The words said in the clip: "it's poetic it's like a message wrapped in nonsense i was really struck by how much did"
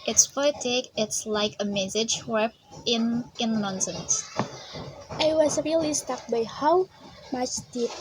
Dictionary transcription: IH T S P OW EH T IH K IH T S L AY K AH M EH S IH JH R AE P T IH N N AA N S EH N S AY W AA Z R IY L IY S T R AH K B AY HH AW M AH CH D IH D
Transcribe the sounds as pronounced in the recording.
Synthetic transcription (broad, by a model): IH T S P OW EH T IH K IH T S L AY K AH M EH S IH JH W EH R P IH N N AA N S EH N S AY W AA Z R IY L IY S T AH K B AY HH AW M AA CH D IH